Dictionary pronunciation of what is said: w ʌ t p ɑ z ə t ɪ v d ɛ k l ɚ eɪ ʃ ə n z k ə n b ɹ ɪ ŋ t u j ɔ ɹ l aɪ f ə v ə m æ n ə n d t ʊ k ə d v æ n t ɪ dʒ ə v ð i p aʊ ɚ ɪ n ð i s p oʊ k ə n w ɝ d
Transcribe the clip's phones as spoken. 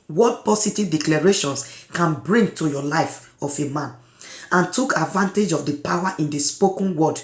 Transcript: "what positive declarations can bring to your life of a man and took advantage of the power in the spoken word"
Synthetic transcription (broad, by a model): w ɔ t p ɑ s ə t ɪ v d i k l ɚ eɪ ʃ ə n s k ə n b ɹ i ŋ t u j ɔ l aɪ f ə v ə m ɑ n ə n t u k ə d v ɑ n t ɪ dʒ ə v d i p aʊ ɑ ɪ n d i s p oʊ k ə n w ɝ d